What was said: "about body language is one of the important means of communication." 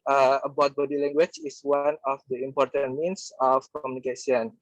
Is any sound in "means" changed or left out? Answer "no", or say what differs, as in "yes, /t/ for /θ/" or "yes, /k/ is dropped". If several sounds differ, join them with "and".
yes, /s/ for /z/